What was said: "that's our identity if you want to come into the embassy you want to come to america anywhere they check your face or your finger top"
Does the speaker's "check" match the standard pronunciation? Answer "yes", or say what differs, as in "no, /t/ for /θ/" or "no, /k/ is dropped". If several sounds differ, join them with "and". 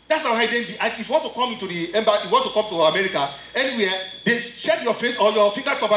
no, /ʃ/ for /tʃ/